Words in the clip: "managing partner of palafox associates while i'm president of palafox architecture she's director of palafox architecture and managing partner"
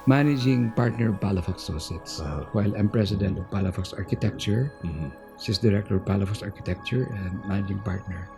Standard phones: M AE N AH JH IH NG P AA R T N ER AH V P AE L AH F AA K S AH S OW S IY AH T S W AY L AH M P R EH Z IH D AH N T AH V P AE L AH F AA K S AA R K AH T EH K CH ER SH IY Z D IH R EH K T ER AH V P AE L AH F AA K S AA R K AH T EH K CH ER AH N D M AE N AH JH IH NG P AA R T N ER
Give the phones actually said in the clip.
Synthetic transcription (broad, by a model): M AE N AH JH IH NG P AA R T N ER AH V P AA L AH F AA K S S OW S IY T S W AY L AH M P R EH S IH D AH N T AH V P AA L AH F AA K S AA R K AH T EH K CH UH S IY S D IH R EH K T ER AH V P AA L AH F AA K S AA R K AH T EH K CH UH AH N D M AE N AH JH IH NG P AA R T N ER